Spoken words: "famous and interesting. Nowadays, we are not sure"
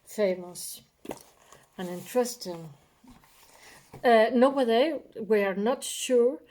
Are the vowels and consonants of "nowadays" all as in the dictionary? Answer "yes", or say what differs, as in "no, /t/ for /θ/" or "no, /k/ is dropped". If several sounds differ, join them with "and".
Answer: no, /z/ is dropped